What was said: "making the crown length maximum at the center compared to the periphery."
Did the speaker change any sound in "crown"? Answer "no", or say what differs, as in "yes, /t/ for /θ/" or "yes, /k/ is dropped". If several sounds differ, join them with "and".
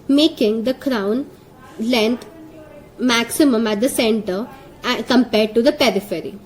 no